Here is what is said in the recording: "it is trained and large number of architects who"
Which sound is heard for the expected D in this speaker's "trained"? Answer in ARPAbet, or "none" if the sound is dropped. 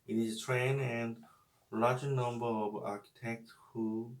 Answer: none